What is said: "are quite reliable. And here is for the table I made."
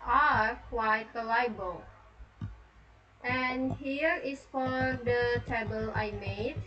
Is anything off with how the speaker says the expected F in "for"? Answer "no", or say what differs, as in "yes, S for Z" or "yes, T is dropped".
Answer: no